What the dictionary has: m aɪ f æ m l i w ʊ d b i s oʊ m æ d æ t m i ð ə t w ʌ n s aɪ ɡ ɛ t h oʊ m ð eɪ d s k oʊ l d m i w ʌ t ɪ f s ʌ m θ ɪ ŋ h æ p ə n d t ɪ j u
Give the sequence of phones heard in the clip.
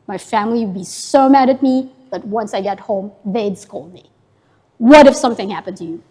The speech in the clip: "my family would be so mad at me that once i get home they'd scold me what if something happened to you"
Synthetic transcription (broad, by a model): m aɪ f æ m l i w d b i s oʊ m æ d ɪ t m i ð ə t w ʌ n s aɪ ɡ ɛ t h oʊ m ð eɪ d s k oʊ l d m i w ʌ t ɪ f s ʌ m θ ɪ ŋ h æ p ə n t ɪ j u